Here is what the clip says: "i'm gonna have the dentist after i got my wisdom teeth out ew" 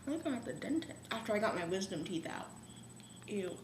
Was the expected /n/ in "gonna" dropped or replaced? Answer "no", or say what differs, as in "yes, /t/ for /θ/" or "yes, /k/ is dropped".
yes, /n/ is dropped